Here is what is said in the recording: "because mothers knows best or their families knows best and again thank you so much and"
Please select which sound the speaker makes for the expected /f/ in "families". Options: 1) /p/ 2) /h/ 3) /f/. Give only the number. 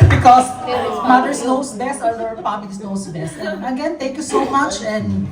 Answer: 1